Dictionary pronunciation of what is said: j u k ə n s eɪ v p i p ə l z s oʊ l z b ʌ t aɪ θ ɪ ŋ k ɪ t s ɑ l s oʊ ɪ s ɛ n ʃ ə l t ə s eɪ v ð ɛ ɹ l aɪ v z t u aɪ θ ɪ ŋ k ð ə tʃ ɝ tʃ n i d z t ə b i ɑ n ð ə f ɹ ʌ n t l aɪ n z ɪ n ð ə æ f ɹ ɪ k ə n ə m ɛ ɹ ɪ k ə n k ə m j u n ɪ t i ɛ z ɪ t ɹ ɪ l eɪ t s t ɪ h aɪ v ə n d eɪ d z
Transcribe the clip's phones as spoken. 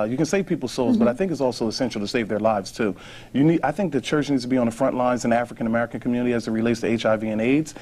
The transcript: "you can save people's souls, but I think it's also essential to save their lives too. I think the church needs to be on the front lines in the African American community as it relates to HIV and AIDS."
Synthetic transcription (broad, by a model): j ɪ k ə n s eɪ v p i p l s oʊ l z b ʌ t aɪ θ ɪ ŋ k ɪ t s ɑ l s oʊ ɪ s ɛ n ʃ l t ə s eɪ v ð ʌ ɹ l aɪ v z t u aɪ θ ɪ ŋ k ð ə tʃ ɝ tʃ n i d z t ə b i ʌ n ð ə f ɹ ʌ n t l aɪ n z ɪ n æ f ɹ ɪ k ə n ə m ɛ ɹ ɪ k ə n k m j u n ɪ t i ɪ z ɪ t ɹ ɪ l eɪ t s t ɪ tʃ aɪ v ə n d eɪ d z